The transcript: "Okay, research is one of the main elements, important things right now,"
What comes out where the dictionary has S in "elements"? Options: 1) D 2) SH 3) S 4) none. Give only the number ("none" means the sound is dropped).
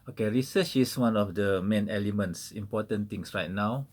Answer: 3